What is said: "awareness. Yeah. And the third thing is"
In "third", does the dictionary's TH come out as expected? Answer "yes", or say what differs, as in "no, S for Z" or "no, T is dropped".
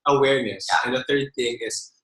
yes